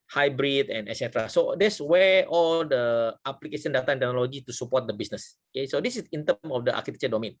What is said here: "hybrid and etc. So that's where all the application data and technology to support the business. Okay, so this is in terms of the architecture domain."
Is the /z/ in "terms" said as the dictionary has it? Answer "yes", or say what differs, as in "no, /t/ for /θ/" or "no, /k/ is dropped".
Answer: no, /z/ is dropped